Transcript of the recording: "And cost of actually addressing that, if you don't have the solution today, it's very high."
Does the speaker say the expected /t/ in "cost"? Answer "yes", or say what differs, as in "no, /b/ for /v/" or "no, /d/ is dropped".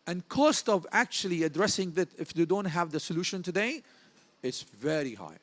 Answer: yes